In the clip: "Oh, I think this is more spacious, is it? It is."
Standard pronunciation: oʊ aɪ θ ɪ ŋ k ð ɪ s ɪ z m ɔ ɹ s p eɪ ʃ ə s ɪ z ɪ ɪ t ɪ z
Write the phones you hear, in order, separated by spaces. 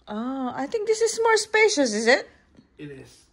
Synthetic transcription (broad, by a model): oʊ aɪ t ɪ ŋ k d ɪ s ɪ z m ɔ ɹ s p eɪ ʃ ə s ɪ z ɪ ɪ t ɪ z